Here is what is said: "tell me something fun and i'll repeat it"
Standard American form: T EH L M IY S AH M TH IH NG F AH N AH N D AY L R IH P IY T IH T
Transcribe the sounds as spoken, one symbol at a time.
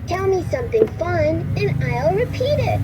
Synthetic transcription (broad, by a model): T EH L M IY S AH M TH IH NG F AH N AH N AY L R IH P IY T IH T